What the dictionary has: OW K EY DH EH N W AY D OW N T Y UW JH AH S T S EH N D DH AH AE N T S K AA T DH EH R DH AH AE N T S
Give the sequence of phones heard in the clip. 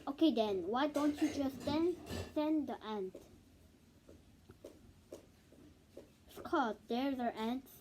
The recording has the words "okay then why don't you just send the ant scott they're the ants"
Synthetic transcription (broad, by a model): OW K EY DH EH N W AY D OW N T Y UW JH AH S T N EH N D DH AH AE N T S K AA T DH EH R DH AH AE N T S